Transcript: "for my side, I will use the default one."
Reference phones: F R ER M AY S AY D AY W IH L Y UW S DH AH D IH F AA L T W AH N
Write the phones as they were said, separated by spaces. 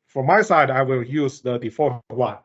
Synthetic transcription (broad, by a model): F R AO M AY S AY D AY W IH L Y UW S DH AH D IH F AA T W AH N